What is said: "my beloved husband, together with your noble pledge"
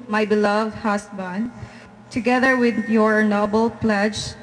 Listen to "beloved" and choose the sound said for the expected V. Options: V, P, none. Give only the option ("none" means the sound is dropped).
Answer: V